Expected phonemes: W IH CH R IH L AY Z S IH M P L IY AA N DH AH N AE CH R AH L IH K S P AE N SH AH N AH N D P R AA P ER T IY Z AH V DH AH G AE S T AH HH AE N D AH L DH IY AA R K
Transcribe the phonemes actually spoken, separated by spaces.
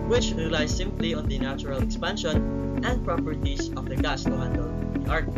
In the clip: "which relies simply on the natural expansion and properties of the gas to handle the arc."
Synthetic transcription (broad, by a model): W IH CH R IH L AY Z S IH M P L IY AA N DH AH N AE CH R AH L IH K S P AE N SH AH N AH N D P R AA P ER T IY S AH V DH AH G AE S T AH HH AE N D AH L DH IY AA R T